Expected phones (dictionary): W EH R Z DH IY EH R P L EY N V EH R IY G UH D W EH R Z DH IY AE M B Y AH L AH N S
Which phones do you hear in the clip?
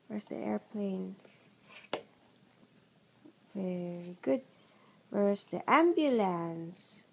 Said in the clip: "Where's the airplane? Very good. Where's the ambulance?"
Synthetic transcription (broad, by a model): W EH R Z DH IY EH R P L EY N V EH R IY G UH D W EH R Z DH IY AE M B Y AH L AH N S